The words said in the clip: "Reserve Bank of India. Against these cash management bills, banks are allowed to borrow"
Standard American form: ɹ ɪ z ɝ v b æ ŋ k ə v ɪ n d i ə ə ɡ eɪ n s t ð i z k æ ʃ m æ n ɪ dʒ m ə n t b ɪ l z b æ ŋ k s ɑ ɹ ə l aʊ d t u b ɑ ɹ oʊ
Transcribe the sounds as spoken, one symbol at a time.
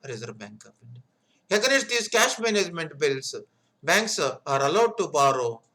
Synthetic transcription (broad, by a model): ɹ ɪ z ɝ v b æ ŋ k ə p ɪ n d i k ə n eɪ s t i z k æ ʃ m æ n ɪ dʒ m ə n t b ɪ l s b æ ŋ k s ɑ ɹ ə l aʊ d t u b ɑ ɹ oʊ